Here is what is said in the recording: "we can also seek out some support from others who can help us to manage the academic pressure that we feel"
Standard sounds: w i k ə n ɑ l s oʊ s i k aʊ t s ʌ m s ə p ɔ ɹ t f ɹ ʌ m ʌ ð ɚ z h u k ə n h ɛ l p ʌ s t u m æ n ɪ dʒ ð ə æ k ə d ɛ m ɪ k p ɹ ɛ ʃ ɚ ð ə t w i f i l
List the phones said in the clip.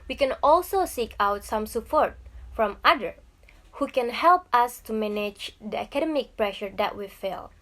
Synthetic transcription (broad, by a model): w i k ə n ɑ l s oʊ s i k aʊ t s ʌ m s ə p ɔ ɹ t f ɹ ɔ m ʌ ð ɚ h u k ə n h ɛ l p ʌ s t u m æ n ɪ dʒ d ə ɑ k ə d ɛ m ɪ k p ɹ ɛ ʃ ɚ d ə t w i f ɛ l